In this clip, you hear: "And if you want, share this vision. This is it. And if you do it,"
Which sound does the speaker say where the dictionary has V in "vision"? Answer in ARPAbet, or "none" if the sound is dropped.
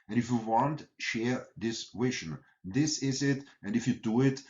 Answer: W